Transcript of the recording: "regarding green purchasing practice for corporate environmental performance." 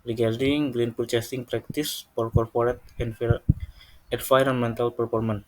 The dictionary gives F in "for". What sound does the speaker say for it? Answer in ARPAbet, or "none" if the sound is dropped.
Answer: P